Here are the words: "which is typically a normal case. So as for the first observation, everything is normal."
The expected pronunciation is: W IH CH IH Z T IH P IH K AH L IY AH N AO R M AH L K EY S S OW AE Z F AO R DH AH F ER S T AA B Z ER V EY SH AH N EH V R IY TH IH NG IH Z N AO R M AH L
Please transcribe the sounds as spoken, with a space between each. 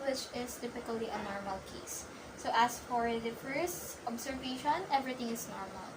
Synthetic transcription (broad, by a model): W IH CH IH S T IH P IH K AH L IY AH N AO R M AH L K EY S S OW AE S F AO R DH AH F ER S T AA B S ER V EY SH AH N EH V R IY T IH NG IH S N AO R M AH L